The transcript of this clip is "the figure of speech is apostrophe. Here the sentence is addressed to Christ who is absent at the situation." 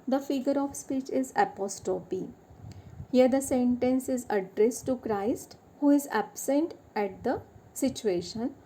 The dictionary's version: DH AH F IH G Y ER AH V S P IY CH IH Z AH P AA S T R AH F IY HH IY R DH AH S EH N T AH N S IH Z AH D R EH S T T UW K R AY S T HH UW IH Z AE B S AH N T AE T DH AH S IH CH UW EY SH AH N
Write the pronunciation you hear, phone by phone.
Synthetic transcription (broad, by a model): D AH F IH G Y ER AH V S P IY CH IH Z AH P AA S T AH P IY HH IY R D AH S EH N T AH N S IH Z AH D R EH S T T UW K R AY S T HH UW IH Z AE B S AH N T AE T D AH S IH CH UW EY SH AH N